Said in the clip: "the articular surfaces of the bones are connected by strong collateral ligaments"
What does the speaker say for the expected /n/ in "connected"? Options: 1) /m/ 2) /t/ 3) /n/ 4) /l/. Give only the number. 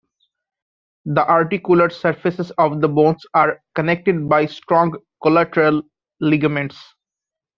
3